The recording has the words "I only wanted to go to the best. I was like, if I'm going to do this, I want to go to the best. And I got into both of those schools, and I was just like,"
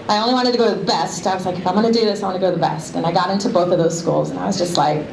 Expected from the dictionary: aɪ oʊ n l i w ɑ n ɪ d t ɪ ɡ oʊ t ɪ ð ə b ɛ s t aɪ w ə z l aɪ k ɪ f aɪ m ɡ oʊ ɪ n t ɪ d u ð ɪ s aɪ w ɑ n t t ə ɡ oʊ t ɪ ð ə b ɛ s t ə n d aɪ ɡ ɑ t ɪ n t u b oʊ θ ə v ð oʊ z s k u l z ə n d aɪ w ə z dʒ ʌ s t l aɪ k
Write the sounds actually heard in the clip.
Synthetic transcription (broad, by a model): aɪ oʊ n l i w ɑ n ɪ d t ɪ ɡ oʊ t ɪ ð ə b ɛ s t aɪ w ə z l aɪ k ɪ f aɪ m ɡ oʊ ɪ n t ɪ d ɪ ð ɪ s aɪ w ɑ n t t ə ɡ oʊ t ɪ ð ə b ɛ s t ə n aɪ ɡ ɑ t ɪ n t u b oʊ θ ə v ð oʊ z s k u l z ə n aɪ w ə z dʒ ʌ s t l aɪ k